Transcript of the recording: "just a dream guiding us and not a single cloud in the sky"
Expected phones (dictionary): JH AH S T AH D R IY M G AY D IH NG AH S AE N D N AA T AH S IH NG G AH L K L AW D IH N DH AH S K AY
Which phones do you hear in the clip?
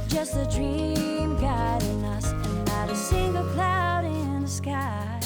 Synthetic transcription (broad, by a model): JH AH S T AH D R IY M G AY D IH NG AH S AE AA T AH S IH NG G AH L K L AW D IH N DH AH S K AY